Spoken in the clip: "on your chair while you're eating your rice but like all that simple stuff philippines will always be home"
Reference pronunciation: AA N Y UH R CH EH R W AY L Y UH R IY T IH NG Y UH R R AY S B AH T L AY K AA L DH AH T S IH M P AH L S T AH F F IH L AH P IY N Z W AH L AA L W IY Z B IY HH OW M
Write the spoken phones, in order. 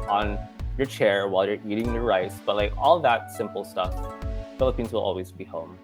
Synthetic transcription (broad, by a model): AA N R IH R CH EH R W AY L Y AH R IY T IH NG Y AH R R AY S B AH T L AY K AA L DH AH T S IH M P L S T AH F F IH L AH P IY N Z W AH L AA L W IY Z B IY HH OW M